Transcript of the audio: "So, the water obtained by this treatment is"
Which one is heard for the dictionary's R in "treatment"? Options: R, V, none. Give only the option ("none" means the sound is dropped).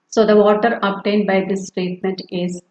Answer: R